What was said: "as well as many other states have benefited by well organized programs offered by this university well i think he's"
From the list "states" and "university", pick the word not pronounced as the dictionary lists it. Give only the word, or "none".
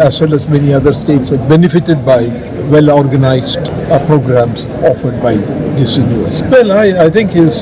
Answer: university